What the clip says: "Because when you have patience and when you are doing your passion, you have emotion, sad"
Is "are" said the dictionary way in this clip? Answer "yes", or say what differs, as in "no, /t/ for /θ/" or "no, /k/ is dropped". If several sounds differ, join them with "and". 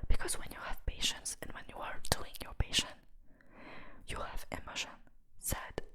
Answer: yes